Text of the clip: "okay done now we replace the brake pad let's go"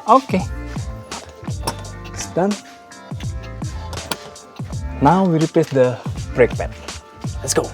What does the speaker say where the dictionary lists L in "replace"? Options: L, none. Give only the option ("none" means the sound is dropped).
none